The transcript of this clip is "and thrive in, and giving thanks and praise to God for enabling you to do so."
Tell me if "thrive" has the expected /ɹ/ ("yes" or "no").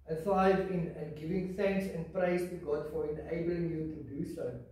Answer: no